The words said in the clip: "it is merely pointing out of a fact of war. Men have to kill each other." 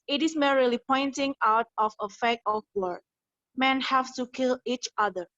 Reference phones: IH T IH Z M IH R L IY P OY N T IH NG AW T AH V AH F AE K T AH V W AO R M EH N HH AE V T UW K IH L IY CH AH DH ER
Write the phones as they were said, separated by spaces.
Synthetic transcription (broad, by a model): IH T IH S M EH R L IY P OY N T IH NG AW T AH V AH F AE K AH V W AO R M EH N HH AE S T UW K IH L IY CH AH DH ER